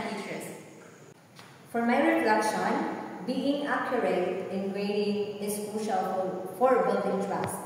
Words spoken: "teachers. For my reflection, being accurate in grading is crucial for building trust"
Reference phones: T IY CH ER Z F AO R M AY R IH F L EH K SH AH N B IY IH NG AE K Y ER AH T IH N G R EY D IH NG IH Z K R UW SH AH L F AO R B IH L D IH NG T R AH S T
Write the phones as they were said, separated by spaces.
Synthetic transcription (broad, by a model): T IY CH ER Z F AO R M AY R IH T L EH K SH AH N B IY IH NG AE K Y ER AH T IH N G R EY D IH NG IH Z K UW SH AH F F AO R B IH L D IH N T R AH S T